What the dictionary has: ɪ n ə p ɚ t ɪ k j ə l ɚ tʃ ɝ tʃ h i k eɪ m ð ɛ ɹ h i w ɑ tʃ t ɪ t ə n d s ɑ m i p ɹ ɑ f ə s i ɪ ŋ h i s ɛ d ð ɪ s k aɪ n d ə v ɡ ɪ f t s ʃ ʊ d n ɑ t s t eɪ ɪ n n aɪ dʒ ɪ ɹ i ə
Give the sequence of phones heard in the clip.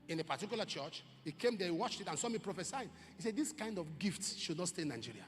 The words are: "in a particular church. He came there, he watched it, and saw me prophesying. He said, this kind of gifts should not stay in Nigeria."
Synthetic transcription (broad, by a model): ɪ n ə p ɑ t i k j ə l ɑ tʃ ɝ tʃ h i k eɪ m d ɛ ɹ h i w ɑ tʃ t ɪ t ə n s ɑ m i p ɹ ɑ f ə s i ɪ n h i s ɛ d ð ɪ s k aɪ n d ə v ɡ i f t s ʃ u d n ɑ t s t eɪ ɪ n n aɪ dʒ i ɹ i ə